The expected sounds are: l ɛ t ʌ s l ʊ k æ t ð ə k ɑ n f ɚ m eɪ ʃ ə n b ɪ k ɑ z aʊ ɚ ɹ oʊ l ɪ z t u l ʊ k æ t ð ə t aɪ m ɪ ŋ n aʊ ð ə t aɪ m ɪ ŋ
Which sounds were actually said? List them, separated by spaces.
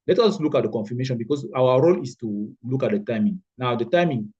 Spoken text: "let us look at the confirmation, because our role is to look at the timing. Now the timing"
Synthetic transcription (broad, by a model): l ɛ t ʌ s l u k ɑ t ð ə k ɑ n f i m eɪ ʃ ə n b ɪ k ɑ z aʊ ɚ ɹ oʊ l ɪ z t u l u k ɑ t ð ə t aɪ m ɪ ŋ n aʊ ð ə t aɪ m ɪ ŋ